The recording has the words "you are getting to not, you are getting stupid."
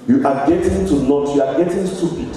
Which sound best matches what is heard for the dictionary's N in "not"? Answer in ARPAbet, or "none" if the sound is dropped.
L